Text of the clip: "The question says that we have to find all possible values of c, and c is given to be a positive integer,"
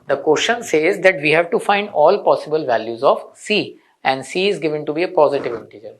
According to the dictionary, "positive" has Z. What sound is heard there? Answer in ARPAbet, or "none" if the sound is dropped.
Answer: Z